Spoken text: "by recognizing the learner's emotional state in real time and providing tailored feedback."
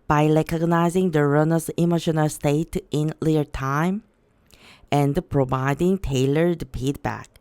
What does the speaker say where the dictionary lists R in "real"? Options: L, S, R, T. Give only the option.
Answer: L